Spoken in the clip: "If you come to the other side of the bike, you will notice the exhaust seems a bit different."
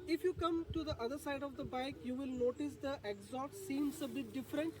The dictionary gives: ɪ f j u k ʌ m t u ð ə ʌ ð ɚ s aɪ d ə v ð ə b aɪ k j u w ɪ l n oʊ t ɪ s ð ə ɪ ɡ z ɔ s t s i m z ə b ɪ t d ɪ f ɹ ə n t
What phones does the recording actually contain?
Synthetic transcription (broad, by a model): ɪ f j u k ʌ m t u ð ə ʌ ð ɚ s aɪ d ə v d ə b aɪ k j u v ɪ l n oʊ t ɪ s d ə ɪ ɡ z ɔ t s i m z ə b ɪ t d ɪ f ɹ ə n t